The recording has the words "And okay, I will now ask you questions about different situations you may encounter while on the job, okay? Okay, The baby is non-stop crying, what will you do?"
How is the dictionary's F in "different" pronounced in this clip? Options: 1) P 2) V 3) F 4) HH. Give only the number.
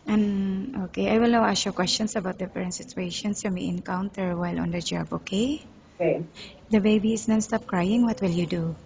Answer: 1